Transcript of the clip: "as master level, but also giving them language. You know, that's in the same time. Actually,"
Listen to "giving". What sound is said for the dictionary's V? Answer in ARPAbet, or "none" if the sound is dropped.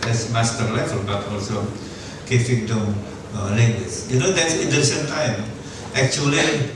F